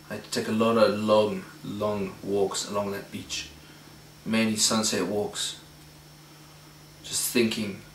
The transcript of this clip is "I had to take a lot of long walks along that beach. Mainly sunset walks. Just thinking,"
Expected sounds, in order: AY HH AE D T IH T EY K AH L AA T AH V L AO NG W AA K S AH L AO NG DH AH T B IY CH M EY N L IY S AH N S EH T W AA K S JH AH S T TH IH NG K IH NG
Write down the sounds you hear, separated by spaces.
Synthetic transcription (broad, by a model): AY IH T EY K AH L AA T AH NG L AO NG W AA K S AH L AO NG DH AH T B IY CH M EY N IY S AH N S EH T W AA K S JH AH S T TH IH NG K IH NG